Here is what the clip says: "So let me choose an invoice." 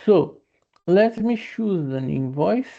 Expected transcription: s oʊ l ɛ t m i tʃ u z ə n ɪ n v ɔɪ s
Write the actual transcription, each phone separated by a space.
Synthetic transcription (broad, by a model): s oʊ l ɛ t m i ʃ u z ə n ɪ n v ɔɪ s